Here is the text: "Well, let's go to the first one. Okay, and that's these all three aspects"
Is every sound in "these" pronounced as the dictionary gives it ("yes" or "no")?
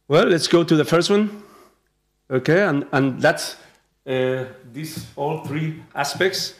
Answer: no